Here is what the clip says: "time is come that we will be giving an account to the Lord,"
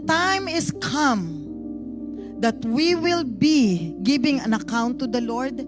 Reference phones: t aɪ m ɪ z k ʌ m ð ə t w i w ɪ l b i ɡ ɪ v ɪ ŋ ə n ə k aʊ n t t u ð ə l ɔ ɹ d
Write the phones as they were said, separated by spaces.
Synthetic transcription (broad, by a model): t aɪ m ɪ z k ʌ m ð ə t w i w ɪ l b i ɡ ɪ b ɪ ŋ ə n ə k aʊ n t t u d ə l ɔ ɹ d